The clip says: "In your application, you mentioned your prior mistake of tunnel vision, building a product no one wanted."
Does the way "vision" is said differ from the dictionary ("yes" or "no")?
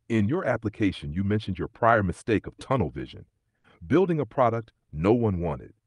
no